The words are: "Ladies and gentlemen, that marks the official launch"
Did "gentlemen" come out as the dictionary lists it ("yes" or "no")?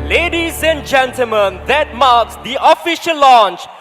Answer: yes